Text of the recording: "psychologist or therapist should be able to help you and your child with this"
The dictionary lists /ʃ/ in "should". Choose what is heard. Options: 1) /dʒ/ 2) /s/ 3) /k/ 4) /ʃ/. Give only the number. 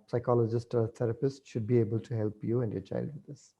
4